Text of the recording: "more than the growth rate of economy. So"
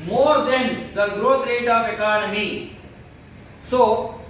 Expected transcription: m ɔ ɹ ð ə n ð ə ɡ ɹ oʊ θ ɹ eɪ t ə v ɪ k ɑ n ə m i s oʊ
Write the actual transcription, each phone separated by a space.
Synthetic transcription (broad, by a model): m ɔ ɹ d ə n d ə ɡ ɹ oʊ t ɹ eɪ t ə p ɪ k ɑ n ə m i s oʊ